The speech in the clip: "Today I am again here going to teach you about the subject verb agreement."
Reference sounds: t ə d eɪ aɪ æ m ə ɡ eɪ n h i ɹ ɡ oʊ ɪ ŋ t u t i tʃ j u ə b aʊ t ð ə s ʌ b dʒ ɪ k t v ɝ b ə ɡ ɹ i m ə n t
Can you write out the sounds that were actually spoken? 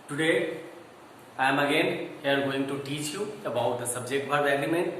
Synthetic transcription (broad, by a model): t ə d eɪ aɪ m ə ɡ eɪ n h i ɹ ɡ oʊ ɪ ŋ t u t i tʃ j u ə b aʊ t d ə s ʌ b dʒ ɪ k t b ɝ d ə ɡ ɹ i m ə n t